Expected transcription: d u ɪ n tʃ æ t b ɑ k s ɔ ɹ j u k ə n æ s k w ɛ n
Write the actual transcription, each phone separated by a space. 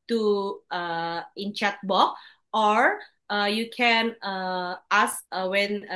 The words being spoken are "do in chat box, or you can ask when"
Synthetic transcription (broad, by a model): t u ɪ n tʃ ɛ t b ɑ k ɔ ɹ j u k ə n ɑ s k w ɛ n